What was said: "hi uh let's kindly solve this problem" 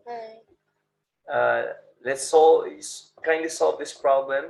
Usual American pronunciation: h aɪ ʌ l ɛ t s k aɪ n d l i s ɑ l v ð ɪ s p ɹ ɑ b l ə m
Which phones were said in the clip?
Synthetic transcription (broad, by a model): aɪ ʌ l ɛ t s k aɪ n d i s ɑ l v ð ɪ s p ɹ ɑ b l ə m